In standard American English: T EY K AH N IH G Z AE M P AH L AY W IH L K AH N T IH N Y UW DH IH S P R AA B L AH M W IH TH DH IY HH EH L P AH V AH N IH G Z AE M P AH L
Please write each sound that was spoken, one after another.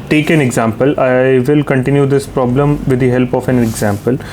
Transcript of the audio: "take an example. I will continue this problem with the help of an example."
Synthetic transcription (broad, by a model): T EY K AH N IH G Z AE M P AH L AY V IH L K AH N T IH N Y UW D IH S P R AA B L AH M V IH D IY HH EH L P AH F AH N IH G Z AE M P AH L